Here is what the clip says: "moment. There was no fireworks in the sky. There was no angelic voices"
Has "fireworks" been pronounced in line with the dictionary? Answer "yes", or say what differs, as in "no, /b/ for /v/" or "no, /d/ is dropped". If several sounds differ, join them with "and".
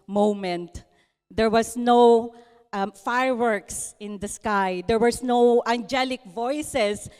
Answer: yes